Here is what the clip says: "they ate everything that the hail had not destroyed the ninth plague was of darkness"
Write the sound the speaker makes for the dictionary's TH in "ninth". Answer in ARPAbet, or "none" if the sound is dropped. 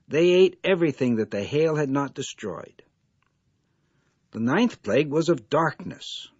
TH